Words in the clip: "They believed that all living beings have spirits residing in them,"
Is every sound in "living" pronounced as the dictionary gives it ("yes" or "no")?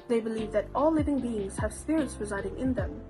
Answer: yes